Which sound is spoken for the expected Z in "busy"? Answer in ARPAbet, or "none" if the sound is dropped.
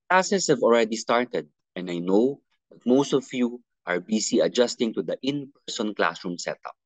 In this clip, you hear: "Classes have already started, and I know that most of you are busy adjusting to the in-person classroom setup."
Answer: S